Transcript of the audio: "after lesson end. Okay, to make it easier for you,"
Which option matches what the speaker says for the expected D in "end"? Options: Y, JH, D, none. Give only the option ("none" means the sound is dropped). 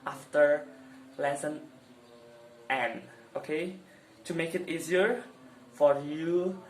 none